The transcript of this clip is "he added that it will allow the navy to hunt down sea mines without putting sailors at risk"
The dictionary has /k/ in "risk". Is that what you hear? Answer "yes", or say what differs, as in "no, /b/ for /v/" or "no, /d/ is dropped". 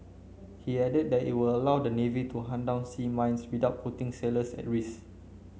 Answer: no, /k/ is dropped